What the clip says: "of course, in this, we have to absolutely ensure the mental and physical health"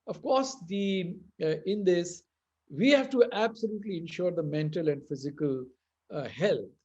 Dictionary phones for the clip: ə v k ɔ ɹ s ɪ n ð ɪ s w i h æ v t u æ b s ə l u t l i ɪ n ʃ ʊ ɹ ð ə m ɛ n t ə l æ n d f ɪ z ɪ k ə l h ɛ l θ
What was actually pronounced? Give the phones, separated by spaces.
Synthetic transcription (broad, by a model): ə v k ɔ ɹ s ɪ n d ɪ s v i h æ v t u æ b s ə l u t l i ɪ n ʃ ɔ ɹ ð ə m ɛ n t ə l æ n d f ɪ z ɪ k ə l h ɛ l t